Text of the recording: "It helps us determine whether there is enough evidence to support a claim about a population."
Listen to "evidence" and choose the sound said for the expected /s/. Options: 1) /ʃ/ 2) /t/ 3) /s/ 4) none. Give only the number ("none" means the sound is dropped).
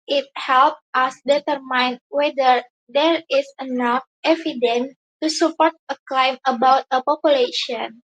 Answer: 4